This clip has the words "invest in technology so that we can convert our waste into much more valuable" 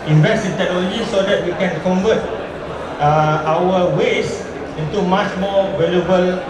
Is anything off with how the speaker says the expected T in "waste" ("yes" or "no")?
yes